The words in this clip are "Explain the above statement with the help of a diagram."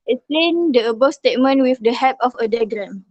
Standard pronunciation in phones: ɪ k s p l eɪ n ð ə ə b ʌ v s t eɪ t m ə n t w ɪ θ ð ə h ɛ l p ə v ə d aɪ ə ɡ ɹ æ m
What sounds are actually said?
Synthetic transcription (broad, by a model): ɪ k s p l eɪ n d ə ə b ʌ s t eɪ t m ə n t w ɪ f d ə h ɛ p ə f ə d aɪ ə ɡ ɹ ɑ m